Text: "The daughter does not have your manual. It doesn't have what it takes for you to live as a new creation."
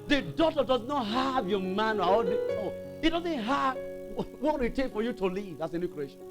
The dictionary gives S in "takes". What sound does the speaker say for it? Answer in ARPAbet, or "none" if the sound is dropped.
none